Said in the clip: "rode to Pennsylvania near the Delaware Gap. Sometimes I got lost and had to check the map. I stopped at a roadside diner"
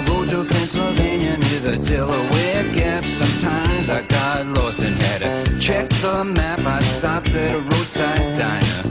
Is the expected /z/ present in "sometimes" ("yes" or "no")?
yes